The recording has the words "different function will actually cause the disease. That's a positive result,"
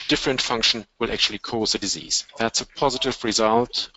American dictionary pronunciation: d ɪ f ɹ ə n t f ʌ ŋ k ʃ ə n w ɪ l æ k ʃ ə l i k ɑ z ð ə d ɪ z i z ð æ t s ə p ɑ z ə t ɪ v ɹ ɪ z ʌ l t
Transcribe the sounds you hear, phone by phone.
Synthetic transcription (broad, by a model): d ɪ f ɹ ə n t f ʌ ŋ k ʃ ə n w ɪ l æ k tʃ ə l i k ɑ z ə d ɪ z i z ð æ t s ə p ɑ z ə t ɪ v ɹ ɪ z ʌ l t